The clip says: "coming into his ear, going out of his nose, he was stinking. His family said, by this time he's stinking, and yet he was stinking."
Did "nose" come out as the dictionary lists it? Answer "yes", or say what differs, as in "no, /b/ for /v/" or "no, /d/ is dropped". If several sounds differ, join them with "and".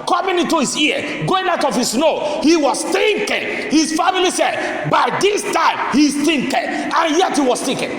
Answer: no, /z/ is dropped